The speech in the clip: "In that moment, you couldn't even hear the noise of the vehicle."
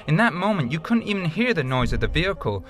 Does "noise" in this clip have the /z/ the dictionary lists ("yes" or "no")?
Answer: yes